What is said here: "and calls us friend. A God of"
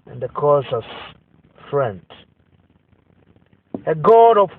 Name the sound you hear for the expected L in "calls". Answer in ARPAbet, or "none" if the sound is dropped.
none